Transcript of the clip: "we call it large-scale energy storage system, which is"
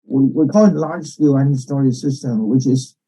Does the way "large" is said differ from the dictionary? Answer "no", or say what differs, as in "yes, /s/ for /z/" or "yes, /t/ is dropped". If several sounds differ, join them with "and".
yes, /ʒ/ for /dʒ/